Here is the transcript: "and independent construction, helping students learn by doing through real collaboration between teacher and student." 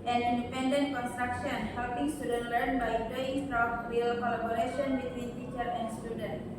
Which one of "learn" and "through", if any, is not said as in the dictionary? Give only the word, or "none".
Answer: through